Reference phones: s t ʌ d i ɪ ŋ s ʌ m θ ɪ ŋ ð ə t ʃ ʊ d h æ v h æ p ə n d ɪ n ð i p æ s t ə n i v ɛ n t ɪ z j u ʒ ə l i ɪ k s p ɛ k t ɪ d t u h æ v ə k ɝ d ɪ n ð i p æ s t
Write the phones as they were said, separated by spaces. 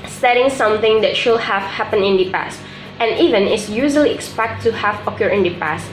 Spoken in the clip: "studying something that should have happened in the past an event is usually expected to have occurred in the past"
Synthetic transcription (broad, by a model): s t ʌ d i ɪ ŋ s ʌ m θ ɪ ŋ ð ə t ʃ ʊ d h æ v h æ p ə n ɪ n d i p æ s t ə n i v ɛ n ɪ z j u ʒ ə l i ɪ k s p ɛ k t t u h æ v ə k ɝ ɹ ɪ n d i p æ s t